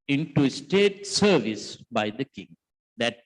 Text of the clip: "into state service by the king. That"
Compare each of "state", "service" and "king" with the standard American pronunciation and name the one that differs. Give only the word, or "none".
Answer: none